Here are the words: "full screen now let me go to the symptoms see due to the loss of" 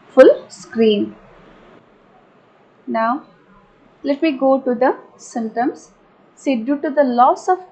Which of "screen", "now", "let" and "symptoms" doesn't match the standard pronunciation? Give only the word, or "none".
symptoms